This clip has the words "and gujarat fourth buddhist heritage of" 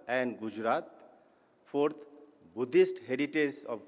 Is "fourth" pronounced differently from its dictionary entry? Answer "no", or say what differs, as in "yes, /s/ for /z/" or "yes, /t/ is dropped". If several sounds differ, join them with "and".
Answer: yes, /p/ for /f/ and /t/ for /θ/